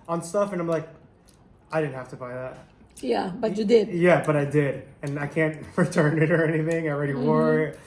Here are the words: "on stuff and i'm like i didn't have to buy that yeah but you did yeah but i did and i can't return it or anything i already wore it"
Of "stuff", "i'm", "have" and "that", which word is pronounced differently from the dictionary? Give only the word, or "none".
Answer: have